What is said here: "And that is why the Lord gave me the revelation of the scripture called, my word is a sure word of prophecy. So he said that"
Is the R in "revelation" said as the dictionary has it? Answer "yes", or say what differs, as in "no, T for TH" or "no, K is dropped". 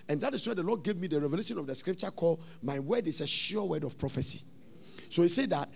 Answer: yes